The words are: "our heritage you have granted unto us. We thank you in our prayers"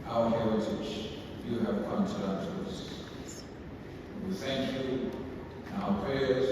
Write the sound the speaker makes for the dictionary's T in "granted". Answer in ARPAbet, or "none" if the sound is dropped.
S